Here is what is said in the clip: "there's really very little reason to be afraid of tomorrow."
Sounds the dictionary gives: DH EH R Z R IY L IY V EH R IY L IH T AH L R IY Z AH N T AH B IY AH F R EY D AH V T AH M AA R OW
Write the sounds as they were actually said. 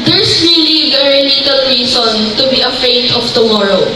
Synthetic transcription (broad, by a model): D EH R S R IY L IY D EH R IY N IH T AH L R IY S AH N T AH B IY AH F EY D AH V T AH M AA R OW